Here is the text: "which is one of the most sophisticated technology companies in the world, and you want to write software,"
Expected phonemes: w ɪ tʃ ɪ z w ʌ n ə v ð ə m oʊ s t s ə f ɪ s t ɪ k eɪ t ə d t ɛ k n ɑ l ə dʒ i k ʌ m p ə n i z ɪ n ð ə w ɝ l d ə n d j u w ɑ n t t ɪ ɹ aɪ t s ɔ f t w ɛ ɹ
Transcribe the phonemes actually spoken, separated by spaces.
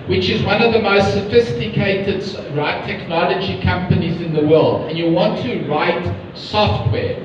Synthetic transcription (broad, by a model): w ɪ tʃ ɪ z w ʌ n ə v ð ə m oʊ s t s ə f ɪ s t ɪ k eɪ t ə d t ɛ k n ɑ l ə dʒ i k ʌ m p ə n i z ɪ n ð ə w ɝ l d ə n j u w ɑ n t t ɪ ɹ aɪ t s ɔ f t w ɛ